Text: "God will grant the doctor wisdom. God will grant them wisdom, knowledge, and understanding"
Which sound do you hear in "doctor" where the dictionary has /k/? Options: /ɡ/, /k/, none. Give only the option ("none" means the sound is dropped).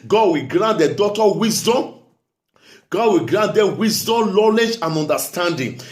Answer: none